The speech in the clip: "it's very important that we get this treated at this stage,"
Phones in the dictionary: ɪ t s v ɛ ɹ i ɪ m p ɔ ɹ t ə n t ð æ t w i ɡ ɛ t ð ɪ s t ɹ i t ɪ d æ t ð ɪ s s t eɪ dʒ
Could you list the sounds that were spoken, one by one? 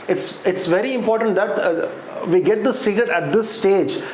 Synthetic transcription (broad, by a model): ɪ t s v ɛ ɹ i ɪ m p ɔ ɹ t ə n t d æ t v i ɡ ɛ t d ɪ s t i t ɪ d æ t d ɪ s s t eɪ dʒ